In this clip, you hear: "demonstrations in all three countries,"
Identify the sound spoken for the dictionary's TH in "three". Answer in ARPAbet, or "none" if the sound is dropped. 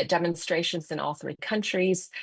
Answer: TH